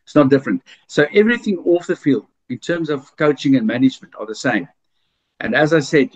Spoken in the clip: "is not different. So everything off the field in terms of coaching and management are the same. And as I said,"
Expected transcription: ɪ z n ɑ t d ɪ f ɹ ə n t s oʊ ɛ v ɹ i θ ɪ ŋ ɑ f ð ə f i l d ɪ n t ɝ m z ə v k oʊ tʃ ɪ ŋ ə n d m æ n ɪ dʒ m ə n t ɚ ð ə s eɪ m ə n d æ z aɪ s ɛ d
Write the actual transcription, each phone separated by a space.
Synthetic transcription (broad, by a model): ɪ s n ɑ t d ɪ f ɹ ə n t s oʊ ɛ v ɹ i θ ɪ ŋ ɑ f ð ə f i l d ɪ n t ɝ m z ə v k oʊ tʃ ɪ ŋ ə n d m æ n ɪ dʒ m ə n t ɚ ð ə s eɪ m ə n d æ z aɪ s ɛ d